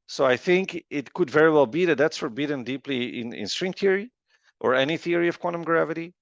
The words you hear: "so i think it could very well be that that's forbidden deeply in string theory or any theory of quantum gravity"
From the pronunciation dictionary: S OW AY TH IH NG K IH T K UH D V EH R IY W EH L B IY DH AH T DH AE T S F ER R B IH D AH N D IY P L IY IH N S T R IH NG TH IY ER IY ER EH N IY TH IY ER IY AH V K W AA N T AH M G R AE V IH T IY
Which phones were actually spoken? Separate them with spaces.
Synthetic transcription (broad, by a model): S OW AY TH IH NG K IH T K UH D V EH R IY W EH L B IY DH AH T DH AE T S F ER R B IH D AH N D IY P L IY IH N S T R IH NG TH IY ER IY ER EH N IY TH IY ER IY AH V K W AA N T AH M G R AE V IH T IY